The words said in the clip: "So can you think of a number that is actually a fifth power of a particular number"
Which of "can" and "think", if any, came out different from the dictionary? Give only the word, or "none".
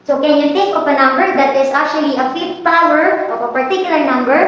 think